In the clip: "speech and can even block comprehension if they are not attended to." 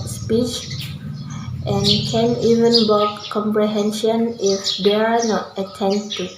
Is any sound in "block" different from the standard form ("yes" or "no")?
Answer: yes